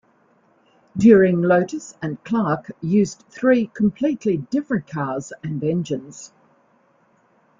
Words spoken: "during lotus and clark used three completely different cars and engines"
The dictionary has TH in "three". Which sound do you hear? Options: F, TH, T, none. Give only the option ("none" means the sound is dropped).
TH